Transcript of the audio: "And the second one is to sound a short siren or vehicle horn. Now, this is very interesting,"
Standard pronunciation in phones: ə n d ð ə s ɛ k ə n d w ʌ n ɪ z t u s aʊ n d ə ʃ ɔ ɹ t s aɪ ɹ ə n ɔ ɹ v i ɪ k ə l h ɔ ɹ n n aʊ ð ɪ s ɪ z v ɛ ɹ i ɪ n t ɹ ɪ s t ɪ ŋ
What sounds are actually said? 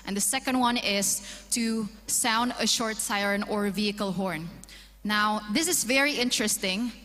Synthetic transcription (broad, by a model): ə n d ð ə s ɛ k ə n d w ʌ n ɪ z t u s aʊ n d ə ʃ ɔ ɹ t s aɪ ɹ ə n ɔ ɹ v i ɪ k ə l h ɔ ɹ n n aʊ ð ɪ s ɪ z v ɛ ɹ i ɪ n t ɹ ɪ s t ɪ ŋ